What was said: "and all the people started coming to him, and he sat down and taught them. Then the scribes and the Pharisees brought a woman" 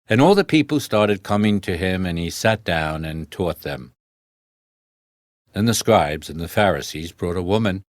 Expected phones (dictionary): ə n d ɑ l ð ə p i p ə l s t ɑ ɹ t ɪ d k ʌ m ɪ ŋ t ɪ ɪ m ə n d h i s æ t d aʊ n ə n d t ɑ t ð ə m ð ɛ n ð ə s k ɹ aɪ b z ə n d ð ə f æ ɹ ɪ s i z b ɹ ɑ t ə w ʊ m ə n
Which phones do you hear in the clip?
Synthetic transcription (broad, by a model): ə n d ɑ l ð ə p i p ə l s t ɑ ɹ t ɪ d k ʌ m ɪ ŋ t ɪ ɪ m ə n i s æ t d aʊ n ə n t ɑ t ð ə m ð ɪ n ð ə s k ɹ aɪ b z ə n ð ə f æ ɹ ɪ s i z b ɹ ɑ t ə w ʊ m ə n